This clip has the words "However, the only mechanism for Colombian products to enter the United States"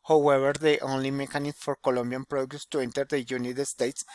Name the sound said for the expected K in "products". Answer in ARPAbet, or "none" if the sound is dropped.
none